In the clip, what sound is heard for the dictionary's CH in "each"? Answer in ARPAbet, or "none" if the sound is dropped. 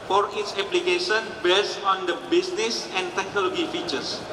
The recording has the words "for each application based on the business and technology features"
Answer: S